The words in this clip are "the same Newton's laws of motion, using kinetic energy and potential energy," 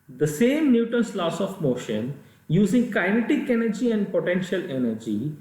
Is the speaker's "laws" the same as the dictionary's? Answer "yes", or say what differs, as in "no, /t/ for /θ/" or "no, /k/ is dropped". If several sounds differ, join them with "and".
no, /s/ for /z/